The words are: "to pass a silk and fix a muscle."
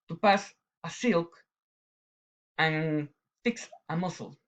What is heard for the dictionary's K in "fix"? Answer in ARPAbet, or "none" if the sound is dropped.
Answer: K